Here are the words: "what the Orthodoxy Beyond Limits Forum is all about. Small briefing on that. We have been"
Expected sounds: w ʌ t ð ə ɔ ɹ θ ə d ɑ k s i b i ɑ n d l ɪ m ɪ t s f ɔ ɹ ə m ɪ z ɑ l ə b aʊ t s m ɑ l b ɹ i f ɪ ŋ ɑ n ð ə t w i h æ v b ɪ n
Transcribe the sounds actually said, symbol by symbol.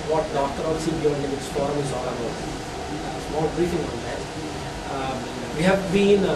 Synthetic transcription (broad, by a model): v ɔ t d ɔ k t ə d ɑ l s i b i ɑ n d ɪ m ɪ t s p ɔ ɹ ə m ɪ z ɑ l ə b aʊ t s m ɑ l b ɹ i f ɪ ŋ ɑ n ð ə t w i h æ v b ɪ n